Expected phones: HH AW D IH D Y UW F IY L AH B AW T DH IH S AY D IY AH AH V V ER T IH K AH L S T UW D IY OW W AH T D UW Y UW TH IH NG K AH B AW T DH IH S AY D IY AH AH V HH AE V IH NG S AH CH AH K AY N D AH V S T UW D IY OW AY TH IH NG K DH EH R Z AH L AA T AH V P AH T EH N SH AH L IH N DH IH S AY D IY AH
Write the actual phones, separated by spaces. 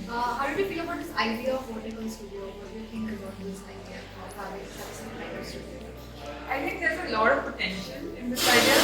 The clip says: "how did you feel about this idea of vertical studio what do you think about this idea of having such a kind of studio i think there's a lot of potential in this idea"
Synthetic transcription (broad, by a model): HH AW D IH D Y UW F IY L AH B AW T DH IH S AY D IY AH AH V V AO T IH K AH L S T UW D IY OW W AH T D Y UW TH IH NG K AH B AW T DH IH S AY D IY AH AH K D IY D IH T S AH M AH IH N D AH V S T UW D IY OW AY T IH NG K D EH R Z AH L AA T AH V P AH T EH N SH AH N IH N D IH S AY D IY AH